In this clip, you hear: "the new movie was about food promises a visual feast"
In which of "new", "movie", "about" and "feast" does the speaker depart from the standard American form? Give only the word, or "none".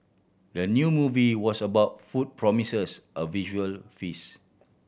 feast